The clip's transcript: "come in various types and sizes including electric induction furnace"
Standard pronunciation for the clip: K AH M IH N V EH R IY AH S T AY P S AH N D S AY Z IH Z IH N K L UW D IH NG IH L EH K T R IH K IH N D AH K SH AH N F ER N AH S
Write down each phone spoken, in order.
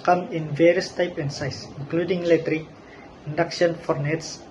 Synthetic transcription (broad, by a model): K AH M IH N V EH R IY AH S T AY P AH N S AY S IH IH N K L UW D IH NG L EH T R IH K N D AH K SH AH N F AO N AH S